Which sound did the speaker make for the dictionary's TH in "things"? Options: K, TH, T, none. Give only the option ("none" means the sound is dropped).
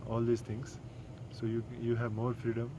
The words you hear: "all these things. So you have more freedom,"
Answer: T